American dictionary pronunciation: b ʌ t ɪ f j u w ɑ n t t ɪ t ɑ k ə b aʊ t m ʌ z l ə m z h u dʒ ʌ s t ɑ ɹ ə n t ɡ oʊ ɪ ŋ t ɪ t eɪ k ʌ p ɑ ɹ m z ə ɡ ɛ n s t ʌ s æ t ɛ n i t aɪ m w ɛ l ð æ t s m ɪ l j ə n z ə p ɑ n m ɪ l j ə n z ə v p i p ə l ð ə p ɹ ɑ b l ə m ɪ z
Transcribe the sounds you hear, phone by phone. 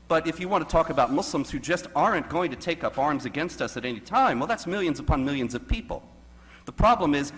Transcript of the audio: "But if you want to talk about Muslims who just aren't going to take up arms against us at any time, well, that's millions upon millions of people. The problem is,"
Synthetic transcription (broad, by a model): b ʌ t ɪ f j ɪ w ɑ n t t ɪ t ɑ k ə b aʊ t m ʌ s l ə m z h u dʒ ʌ s t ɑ ɹ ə n ɡ oʊ ɪ ŋ t ɪ t eɪ k ʌ p ɑ ɹ m z ə ɡ ɛ n s t ʌ s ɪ t ɛ n i t aɪ m w ɛ l ð æ t s m ɪ l j ə n z ə p ɑ n m ɪ l j ə n z ə v p i p l ð ə p ɹ ɑ b l ə m ɪ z